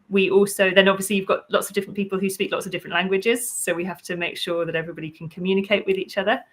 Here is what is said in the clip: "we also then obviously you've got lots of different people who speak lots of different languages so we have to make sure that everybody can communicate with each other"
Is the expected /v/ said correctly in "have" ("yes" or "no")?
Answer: no